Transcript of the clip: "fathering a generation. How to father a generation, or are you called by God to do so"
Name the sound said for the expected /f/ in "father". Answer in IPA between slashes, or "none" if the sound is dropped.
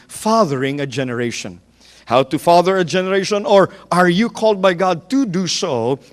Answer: /f/